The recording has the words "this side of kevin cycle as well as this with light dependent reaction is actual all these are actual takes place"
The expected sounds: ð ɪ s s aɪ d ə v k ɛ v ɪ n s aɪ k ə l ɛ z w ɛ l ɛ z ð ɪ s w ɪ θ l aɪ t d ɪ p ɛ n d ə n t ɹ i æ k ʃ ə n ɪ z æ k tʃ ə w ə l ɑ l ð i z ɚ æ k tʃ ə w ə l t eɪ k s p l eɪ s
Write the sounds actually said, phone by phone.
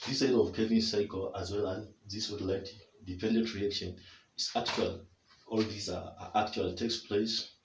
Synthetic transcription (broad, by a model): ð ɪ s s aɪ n ə v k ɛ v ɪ s aɪ k ə l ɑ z w ɛ l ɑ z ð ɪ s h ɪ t l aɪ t d ɪ p ɛ n d ə n t ɹ i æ k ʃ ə n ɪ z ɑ k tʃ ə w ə l ɑ l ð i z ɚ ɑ k tʃ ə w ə l t eɪ k s p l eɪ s